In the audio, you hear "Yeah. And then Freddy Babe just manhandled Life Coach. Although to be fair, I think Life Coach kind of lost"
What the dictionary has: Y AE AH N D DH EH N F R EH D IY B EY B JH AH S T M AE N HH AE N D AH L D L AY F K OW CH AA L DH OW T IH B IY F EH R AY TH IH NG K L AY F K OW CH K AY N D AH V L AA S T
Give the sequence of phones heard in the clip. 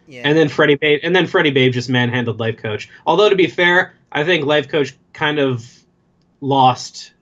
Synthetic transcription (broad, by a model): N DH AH N D DH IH N F R EH D IY B EY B JH AH S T M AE N HH AE N D L D L AY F K OW CH AA L DH OW T IH B IY F EH R AY TH IH NG K L AY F K OW CH K AY N D AH V L AA S T